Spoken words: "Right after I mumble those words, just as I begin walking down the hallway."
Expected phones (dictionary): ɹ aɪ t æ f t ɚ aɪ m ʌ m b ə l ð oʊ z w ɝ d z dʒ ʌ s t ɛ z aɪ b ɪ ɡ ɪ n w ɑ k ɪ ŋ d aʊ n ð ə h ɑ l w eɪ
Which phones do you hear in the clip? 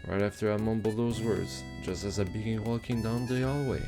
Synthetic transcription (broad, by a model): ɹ aɪ t æ f t ɚ aɪ m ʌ m b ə l ð oʊ z w ɝ d z dʒ ʌ s t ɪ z aɪ b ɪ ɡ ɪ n w ɑ k ɪ ŋ d aʊ n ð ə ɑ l w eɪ